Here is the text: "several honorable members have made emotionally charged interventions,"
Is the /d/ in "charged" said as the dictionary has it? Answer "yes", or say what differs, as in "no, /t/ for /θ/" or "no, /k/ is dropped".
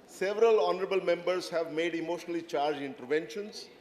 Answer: no, /d/ is dropped